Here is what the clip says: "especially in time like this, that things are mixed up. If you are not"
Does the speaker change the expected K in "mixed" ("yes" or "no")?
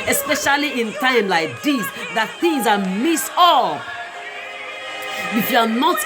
yes